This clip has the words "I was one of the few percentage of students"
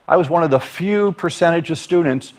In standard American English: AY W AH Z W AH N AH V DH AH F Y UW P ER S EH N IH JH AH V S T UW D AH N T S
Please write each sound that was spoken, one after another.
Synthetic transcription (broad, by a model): AY W AH Z W AH N AH V DH AH F Y UW P ER S EH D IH JH AH V S T UW D N T S